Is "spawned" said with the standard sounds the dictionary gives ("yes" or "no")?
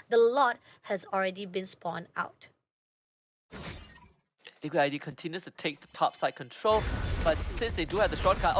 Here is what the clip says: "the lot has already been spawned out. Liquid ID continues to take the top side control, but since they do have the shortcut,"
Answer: no